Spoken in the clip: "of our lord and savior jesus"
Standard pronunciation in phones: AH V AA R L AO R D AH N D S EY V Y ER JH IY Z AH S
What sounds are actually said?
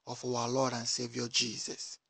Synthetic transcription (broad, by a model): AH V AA W L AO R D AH N S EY V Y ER JH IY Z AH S